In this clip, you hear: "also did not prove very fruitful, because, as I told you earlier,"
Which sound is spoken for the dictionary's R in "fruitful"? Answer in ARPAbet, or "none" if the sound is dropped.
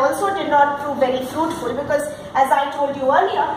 R